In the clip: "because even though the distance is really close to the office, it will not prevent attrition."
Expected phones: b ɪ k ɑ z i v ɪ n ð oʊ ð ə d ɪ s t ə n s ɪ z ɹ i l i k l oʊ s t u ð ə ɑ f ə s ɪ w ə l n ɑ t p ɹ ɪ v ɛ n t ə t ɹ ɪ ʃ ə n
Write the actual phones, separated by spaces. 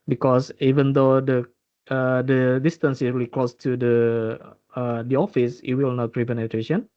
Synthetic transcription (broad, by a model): b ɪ k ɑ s i v ɪ n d oʊ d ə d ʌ s t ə n s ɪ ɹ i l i k l oʊ s t u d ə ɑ f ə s ɪ w ə l n ɑ t ɹ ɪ p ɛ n ə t ɹ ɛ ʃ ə n